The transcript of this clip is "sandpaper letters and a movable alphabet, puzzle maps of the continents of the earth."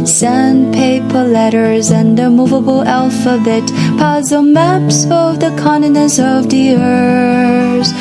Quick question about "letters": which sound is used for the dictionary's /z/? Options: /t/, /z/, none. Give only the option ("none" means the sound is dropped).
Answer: /z/